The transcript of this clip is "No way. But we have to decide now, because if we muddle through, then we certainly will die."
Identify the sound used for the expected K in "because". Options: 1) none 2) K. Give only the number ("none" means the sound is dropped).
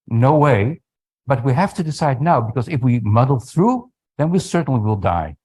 2